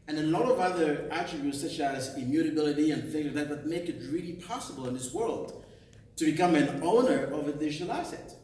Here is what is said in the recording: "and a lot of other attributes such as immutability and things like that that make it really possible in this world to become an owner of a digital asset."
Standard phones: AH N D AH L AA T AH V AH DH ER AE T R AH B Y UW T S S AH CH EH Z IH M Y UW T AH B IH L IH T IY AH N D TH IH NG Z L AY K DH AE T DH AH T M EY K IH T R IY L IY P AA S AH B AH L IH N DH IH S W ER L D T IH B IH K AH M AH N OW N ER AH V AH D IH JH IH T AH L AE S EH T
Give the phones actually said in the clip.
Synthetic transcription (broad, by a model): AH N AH L AA T AH V AH DH ER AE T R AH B Y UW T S S AH CH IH Z IH M Y UW T AH B IH L IH T IY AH N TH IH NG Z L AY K DH AE T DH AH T M EY K IH T R IY L IY P AA S AH B AH L IH N DH IH S W ER L D T IH B IH K AH M AH N OW N ER AH V AH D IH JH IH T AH L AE S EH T